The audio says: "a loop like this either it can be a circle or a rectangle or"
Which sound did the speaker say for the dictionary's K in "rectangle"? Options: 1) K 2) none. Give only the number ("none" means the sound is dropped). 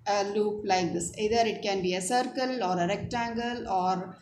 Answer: 1